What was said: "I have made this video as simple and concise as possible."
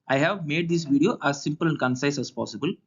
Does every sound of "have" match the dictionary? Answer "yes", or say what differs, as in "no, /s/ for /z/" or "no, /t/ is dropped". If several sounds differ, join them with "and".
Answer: yes